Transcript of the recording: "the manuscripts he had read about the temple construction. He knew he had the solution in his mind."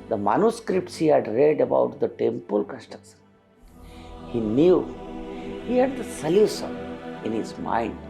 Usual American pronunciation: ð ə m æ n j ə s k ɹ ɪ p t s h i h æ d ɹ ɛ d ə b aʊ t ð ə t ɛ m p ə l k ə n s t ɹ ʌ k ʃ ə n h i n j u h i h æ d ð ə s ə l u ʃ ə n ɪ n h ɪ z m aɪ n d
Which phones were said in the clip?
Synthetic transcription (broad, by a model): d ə m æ n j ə s k ɹ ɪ p t s h i h æ d ɹ ɛ d ə b aʊ t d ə t ɛ m p ə l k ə s t ʌ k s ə h i n j u h i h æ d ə s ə l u s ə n ɪ n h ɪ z m aɪ n d